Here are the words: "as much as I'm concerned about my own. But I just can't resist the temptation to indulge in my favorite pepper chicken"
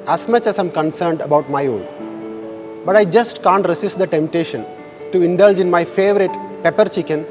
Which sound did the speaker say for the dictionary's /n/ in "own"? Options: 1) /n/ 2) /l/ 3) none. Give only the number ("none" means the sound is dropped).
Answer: 2